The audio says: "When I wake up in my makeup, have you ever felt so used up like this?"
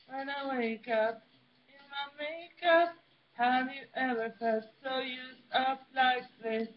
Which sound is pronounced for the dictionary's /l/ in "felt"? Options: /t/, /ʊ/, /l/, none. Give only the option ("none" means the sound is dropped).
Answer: none